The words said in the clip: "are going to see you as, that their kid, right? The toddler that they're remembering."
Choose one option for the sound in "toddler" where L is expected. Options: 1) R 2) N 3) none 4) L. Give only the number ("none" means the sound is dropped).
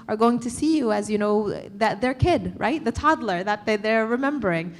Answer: 4